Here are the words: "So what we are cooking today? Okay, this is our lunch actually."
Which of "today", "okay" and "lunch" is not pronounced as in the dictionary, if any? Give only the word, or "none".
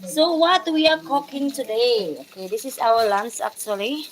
lunch